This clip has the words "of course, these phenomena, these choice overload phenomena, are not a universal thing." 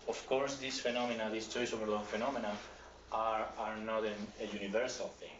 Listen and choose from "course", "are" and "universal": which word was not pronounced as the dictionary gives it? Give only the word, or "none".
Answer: none